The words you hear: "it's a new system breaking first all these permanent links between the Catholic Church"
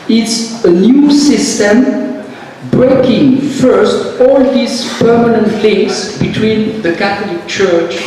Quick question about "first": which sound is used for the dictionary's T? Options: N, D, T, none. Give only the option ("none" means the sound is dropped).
T